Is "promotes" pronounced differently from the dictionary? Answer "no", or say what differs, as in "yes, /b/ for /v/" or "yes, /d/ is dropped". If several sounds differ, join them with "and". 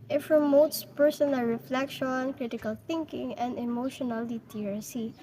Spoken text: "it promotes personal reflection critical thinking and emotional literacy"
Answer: yes, /f/ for /p/